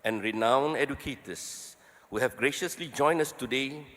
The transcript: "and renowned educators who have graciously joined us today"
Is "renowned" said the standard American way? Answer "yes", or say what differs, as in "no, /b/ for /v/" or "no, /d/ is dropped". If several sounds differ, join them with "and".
no, /d/ is dropped